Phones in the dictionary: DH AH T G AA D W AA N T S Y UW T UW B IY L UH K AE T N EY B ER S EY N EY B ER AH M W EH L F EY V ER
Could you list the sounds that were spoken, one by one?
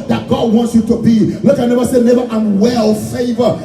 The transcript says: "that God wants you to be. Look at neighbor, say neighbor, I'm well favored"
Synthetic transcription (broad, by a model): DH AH T G AA D W AA N T S Y UW T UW B IY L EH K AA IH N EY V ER S EY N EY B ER AH M W EH L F EY V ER